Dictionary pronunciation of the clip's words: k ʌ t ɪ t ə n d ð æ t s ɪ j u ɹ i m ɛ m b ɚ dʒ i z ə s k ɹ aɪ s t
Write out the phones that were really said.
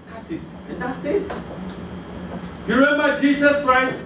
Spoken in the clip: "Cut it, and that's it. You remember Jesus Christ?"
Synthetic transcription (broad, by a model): k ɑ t ɪ t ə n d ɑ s ɪ j u ɹ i m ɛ m b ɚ dʒ i s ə s k ɹ aɪ s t